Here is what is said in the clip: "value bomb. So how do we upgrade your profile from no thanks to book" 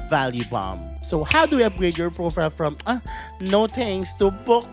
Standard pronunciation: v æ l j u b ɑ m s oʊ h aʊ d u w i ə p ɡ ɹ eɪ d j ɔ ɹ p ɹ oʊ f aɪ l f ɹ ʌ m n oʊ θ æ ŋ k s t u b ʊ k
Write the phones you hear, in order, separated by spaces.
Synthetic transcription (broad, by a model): v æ l j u b ɑ m s oʊ h aʊ d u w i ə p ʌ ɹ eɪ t j ɔ ɹ p ɹ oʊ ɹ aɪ f ɹ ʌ m n oʊ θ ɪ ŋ s t u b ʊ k